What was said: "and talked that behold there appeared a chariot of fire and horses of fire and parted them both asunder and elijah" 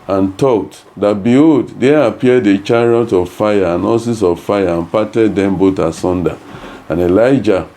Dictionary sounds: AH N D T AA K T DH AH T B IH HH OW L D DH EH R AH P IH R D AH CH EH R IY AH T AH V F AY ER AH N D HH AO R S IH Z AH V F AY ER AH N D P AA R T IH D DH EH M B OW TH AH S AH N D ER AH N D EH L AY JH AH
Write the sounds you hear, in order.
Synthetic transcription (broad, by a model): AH N T AA K T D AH T B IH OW D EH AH P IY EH D AH CH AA R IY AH T AH V F AY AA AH N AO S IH S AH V F AY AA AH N P AA T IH D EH M B OW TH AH S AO N D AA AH N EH L AY JH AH